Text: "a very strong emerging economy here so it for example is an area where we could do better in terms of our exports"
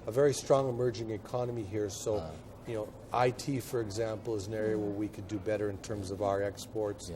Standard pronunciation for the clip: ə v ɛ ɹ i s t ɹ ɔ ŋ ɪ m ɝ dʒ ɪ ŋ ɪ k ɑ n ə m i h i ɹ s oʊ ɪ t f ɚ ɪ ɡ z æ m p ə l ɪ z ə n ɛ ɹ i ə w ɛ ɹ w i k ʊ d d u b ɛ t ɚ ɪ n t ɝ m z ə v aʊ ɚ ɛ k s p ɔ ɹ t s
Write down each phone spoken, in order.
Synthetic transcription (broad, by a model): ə v ɛ ɹ i s t ɹ ɔ ŋ ɪ m ɝ dʒ ɪ ŋ ɪ k ɑ n ə m i h i ɹ s oʊ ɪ t f ɚ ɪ ɡ z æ m p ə l ɪ z ə n ɛ ɹ i ə w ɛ ɹ w i k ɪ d d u b ɛ t ɚ ɪ n t ɝ m z ə v aʊ ɚ ɛ k s p ɔ ɹ t s